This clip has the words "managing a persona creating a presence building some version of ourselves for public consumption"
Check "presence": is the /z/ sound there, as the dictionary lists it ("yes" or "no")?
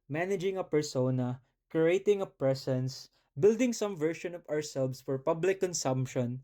no